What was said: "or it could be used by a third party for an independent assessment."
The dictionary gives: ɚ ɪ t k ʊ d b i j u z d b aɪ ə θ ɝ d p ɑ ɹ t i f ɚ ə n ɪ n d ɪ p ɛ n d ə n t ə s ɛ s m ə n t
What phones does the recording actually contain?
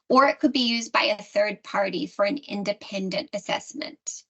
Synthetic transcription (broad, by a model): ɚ ɪ t k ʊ d b i j u z b aɪ ə θ ɝ d p ɑ ɹ t i f ɚ ə n ɪ n d ɪ p ɛ n d ə n t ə s ɛ s m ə n t